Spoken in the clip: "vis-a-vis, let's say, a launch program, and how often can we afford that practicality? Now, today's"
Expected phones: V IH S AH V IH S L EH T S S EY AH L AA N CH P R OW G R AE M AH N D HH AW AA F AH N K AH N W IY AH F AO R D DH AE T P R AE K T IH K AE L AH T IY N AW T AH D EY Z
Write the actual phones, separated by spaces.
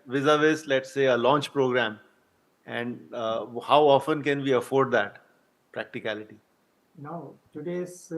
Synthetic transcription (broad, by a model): V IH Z AH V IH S L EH T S S EY AH L AA N CH P R OW G R AE M AH N D HH AW AA F AH N K AH N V IY AH F AO R D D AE T P R AE K T IH K AE L AH T IY N AW T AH D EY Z